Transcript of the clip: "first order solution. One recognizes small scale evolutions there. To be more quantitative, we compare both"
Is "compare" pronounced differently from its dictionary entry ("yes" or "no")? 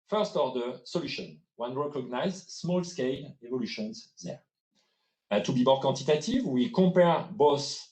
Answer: yes